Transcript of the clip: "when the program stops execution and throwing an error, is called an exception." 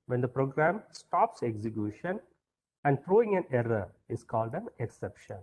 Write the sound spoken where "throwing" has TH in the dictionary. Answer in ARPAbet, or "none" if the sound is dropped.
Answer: F